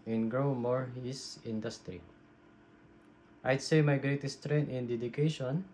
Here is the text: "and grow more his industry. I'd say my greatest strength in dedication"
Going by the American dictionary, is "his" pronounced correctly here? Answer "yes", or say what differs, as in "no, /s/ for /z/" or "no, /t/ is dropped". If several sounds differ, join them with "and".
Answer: no, /s/ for /z/